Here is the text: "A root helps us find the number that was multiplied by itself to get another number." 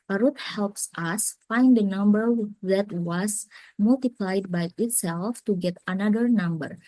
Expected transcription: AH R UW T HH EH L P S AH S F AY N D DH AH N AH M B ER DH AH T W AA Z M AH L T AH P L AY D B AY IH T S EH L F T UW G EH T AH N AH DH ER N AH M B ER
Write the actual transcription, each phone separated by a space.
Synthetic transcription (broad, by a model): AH R UW T HH EH L P S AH S F AY N D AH N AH M B ER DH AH T W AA S M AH L T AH P L AY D B AY IH T S EH L F T UW G EH T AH N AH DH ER N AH M B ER